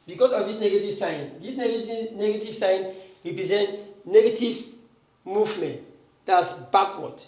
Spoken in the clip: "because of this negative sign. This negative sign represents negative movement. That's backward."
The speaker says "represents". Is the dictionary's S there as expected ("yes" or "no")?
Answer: no